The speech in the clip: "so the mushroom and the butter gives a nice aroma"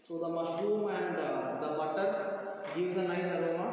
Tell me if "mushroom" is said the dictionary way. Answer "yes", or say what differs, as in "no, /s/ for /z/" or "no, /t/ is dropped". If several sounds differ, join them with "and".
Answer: yes